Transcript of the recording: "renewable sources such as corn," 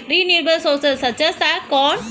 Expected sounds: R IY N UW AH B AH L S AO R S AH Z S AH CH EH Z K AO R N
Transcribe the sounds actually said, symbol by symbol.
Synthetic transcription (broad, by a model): R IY N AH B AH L S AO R S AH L S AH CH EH S K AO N